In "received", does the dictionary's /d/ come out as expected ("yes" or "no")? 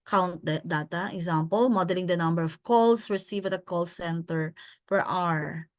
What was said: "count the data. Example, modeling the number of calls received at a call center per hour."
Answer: no